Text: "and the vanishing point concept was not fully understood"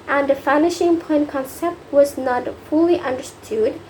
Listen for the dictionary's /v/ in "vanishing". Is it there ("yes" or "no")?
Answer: no